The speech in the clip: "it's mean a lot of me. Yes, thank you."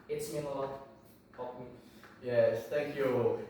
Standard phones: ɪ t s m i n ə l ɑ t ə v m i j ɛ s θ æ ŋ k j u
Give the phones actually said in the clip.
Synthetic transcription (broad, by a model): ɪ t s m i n ə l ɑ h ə p m i j ɛ s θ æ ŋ k j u